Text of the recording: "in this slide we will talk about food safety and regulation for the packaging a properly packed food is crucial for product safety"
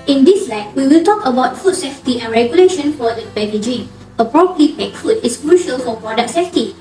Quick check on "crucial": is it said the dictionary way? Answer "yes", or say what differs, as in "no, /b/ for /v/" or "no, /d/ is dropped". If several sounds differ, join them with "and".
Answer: yes